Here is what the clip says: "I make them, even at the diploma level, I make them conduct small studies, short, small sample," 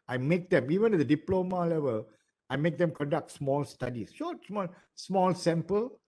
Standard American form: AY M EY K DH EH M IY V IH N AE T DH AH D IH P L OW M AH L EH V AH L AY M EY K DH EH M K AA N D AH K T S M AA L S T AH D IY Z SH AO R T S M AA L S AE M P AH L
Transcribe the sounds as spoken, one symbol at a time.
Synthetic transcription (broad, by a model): AY M EY K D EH M IY V IH N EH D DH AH D IH P L OW M AH L EH V AH L AY M EY K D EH M K AA N D AH K T S M AA L S T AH D IY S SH AO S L S M AA L S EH M P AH L